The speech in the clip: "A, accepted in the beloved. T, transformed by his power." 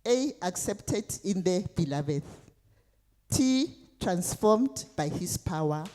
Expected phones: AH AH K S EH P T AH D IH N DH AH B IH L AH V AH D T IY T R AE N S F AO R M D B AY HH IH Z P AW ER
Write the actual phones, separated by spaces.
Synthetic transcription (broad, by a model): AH AH K S EH P T AH D IH N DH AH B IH L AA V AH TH T IY T R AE N S F AO M D B AY HH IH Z P AW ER